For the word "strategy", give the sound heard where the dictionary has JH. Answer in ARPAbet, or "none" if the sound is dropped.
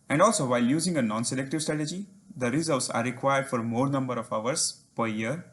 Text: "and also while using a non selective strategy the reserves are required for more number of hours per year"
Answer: JH